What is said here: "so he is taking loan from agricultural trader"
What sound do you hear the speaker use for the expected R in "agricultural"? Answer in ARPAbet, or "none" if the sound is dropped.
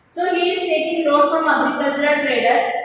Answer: none